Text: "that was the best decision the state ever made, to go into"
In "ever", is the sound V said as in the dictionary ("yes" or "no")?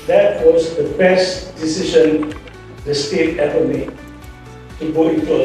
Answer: no